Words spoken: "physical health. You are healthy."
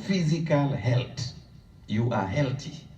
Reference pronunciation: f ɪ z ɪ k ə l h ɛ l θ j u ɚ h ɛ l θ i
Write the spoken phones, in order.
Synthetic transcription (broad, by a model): f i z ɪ k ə l h ɛ l t j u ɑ h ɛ l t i